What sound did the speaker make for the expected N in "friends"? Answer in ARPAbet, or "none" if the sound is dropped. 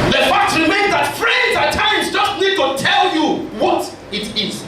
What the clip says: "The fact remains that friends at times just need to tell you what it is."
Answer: none